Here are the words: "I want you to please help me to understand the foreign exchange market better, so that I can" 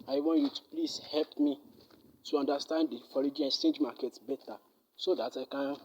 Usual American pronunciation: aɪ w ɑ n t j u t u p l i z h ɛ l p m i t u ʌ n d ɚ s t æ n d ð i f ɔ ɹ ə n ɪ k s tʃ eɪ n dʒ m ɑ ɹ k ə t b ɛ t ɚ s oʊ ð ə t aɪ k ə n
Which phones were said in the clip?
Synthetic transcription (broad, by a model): aɪ w ɑ n t j u t u p l i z h ɛ l p m i t u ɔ n d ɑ s t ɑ n d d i f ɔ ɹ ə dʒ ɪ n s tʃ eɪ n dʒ m ɑ k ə t b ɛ t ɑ s oʊ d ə t aɪ k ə n